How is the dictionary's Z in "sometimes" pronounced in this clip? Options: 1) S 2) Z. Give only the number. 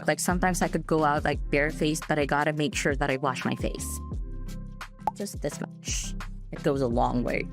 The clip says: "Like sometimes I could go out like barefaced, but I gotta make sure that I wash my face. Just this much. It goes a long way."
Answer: 2